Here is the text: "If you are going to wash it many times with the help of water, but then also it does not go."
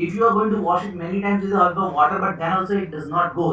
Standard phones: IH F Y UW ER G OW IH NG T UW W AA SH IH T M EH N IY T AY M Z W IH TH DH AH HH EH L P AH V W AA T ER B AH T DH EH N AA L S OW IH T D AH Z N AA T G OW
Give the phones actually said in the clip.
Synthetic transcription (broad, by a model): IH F Y UW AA G OW IH NG T UW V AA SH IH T M EH N IY T AY M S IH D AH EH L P AH V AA T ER B AH T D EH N AA L S OW IH T D AH Z N AA T G OW